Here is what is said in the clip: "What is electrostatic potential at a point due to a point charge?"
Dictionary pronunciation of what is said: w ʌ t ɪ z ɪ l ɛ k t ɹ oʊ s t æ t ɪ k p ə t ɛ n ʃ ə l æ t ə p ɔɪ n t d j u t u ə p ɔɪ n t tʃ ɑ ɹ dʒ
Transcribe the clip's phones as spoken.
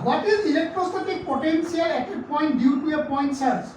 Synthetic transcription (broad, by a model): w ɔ t ɪ z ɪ l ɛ k t ɹ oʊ s t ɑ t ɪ k p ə t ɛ n s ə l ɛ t ə p ɔɪ n t d j u t u ə p ɔɪ n t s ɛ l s